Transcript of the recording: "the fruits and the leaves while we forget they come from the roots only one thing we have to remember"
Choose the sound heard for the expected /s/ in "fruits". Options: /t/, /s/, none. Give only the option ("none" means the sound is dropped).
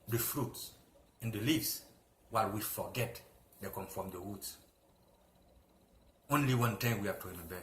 /s/